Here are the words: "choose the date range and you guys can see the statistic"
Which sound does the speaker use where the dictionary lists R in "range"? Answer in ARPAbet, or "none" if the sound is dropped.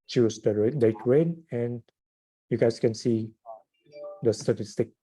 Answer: W